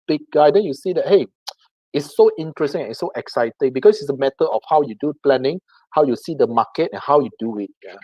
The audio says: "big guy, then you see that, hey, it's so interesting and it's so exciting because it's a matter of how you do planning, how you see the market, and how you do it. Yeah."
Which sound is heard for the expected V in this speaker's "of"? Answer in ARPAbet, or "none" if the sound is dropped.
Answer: F